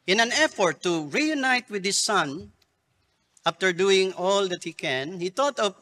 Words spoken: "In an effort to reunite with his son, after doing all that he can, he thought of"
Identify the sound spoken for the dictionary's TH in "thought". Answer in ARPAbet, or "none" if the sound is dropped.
T